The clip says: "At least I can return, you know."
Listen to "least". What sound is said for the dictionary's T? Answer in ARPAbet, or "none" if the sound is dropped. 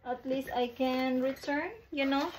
T